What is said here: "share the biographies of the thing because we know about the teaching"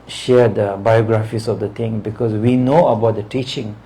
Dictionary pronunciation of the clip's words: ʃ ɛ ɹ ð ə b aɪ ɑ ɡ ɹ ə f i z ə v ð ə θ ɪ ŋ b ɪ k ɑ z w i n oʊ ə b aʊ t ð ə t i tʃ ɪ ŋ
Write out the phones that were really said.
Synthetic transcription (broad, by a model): ʃ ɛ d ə b aɪ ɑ ɡ ɹ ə f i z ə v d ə t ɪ ŋ b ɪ k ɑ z w i n oʊ ə b aʊ t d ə t i tʃ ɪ ŋ